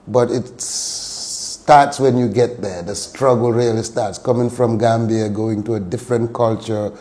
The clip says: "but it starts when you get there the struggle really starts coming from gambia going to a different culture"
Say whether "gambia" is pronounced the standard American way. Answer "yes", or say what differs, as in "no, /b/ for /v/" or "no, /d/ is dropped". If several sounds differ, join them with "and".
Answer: yes